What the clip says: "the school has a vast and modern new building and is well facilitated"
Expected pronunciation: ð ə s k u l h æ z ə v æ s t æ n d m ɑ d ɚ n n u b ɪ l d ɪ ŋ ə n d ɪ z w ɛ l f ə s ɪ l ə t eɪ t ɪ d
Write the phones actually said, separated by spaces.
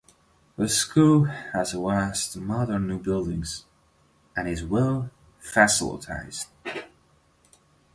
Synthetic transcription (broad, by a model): ð ə s k u l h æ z ə w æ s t m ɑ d ɚ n n u b ɪ l d ɪ ŋ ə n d ɪ z w ɛ l f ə s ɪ l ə t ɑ ɪ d